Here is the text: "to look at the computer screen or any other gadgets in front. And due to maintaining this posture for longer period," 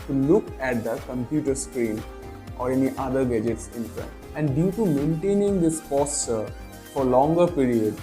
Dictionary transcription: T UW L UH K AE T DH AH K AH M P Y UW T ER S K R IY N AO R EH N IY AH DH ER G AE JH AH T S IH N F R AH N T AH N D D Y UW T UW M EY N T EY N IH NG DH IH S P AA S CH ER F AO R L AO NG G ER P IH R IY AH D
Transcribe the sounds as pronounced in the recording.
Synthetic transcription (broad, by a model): T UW L UH K AE T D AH K AH M P Y UW T ER S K R IY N AO R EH N IY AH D ER G AE JH AH T S IH N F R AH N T AH N D D Y UW T UW M EY N T EY N IH NG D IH S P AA S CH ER F AO R L AO NG G ER P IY R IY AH D